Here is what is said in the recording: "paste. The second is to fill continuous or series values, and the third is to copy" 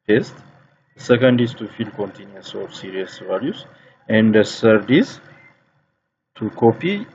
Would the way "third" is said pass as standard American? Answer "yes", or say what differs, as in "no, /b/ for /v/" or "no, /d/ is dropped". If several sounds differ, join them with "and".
no, /s/ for /θ/